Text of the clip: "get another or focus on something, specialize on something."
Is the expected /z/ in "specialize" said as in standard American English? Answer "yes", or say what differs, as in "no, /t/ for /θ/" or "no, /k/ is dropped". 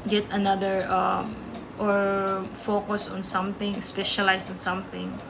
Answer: no, /s/ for /z/